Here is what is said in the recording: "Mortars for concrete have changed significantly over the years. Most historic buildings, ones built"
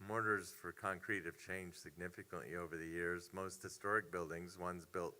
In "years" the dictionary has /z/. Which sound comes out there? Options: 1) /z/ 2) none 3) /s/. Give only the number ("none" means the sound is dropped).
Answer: 1